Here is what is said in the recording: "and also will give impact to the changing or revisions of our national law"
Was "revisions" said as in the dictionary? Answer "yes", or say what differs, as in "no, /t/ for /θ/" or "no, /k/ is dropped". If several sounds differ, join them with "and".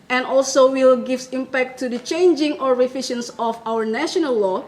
no, /f/ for /v/ and /ʃ/ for /ʒ/ and /s/ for /z/